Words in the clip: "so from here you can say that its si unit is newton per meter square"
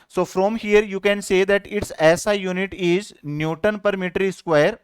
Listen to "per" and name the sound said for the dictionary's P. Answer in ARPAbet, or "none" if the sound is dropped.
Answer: P